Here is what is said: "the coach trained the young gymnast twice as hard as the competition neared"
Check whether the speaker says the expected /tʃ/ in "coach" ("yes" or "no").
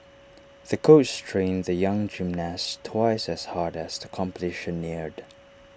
no